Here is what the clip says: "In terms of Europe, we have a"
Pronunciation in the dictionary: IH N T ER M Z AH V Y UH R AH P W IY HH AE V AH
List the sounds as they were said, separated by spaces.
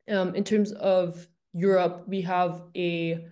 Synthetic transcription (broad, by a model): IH N T ER M Z AH V Y UH R AH P W IY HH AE V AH